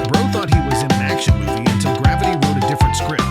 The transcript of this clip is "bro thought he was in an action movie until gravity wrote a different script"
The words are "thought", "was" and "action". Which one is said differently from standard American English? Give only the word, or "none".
none